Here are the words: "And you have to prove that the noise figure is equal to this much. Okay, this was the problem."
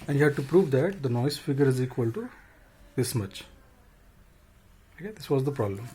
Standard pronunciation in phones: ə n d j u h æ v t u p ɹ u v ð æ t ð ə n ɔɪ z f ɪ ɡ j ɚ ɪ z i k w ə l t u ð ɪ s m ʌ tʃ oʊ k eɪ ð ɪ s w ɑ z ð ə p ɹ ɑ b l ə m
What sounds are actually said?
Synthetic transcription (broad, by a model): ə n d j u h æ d t u p ɹ u v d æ t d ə n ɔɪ s f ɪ ɡ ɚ ɪ z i k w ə l t u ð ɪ s m ʌ tʃ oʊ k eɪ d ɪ s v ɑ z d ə p ɹ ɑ b l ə m